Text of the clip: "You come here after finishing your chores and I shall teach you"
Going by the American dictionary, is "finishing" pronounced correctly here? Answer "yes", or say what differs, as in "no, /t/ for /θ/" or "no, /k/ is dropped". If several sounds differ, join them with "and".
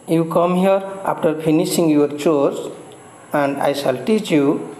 no, /p/ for /f/